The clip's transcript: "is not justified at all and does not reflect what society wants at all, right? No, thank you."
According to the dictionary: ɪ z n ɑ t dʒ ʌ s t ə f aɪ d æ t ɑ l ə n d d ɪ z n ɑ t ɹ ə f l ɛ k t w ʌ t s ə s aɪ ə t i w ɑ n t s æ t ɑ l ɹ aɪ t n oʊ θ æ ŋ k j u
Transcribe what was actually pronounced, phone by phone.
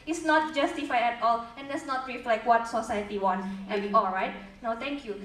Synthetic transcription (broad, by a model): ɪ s n ɑ t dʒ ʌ s t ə f aɪ ɛ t ɑ l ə n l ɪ s n ɑ t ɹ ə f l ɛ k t w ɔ t s ə s aɪ ə t i w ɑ n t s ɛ ɑ l ɹ aɪ t n oʊ t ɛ ŋ k j u